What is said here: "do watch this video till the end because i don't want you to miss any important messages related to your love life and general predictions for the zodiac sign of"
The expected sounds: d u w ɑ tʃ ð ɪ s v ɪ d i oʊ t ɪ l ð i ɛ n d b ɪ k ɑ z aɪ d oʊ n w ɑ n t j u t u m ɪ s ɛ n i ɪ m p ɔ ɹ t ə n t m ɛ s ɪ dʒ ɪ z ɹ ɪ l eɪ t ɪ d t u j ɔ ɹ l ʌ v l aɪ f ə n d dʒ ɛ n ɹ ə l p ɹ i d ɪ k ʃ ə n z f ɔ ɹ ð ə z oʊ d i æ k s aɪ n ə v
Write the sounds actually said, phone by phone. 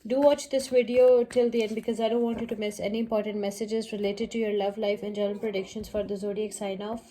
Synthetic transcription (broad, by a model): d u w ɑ tʃ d ɪ s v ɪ d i oʊ t ɪ l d i ɛ n d b ɪ k ɑ z aɪ d oʊ n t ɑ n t j u t u m ɪ s ɛ n i ɪ m p ɔ ɹ t ə n t m ɛ s ɪ dʒ ɪ z ɹ ɪ l eɪ t ɪ d t u j ɔ ɹ l ʌ v l aɪ f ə n dʒ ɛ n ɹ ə n p ɹ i d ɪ k ʃ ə n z f ɔ ɹ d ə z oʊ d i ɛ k s aɪ n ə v